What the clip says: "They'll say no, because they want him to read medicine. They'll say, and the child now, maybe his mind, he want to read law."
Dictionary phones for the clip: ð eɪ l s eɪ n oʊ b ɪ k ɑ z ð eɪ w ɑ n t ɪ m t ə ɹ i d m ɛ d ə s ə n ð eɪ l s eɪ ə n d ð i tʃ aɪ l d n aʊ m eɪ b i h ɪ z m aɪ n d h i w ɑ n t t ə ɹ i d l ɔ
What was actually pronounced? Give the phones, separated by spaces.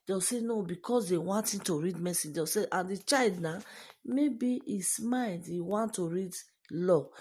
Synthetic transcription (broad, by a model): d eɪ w s eɪ n oʊ b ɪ k ɑ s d eɪ w ɑ n t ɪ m t ə ɹ i d m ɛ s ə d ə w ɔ s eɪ ə n d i tʃ aɪ l d n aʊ m eɪ b i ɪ s m aɪ l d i w ɑ n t t ə ɹ i d l ɔ